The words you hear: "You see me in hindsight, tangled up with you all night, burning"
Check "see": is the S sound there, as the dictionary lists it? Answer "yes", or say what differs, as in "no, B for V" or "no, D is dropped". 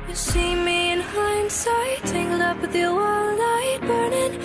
no, SH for S